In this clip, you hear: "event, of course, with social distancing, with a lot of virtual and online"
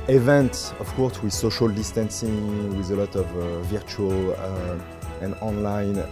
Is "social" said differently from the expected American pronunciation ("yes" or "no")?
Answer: no